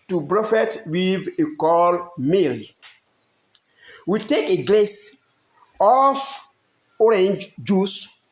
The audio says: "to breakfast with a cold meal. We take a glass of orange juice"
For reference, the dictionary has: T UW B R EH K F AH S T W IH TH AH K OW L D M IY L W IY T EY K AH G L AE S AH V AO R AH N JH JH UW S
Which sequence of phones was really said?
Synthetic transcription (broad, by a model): T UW B R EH F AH T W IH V AH K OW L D M IY L W IY T EY K AH G L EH S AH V AO R AH N JH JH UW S